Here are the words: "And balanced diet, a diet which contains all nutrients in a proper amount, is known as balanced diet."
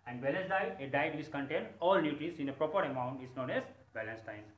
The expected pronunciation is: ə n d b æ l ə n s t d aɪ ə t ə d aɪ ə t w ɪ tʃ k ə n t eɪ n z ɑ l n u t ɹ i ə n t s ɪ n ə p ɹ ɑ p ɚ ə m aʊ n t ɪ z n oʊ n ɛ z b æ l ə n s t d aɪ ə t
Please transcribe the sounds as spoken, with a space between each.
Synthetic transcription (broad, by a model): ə n d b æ l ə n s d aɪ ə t ə d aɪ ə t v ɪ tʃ k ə n t eɪ n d ɑ l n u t i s ɪ n ə p ɹ ɑ p ɚ ə m aʊ n t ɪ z n oʊ n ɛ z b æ l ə n s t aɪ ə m